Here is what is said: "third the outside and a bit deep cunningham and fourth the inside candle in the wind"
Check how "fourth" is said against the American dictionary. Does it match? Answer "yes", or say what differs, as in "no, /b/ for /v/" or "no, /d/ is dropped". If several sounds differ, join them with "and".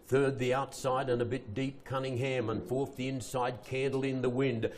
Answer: yes